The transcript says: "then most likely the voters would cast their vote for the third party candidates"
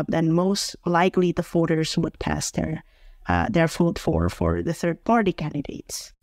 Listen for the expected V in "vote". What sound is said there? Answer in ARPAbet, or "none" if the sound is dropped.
F